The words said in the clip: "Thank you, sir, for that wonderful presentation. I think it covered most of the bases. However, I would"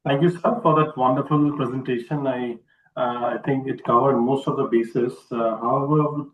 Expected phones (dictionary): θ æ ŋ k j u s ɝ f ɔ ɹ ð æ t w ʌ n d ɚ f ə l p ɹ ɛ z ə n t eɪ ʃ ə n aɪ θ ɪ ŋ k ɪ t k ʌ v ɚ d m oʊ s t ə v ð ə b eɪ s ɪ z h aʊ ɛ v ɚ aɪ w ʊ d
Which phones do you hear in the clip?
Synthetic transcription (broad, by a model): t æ ŋ k j u s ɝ f ɔ ɹ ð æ t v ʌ n d ɚ f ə l p ɹ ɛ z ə n t eɪ ʃ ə n aɪ t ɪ ŋ k ɪ t k ʌ v ɚ d m oʊ s t ə v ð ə b eɪ s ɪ s h aʊ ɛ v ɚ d